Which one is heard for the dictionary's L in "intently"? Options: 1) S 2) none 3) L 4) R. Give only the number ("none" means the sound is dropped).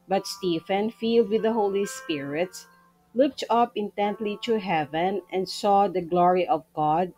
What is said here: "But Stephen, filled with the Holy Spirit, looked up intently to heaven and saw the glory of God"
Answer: 3